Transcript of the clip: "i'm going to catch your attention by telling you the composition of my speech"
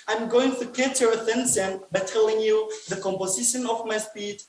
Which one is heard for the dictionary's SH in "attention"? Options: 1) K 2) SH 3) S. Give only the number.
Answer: 3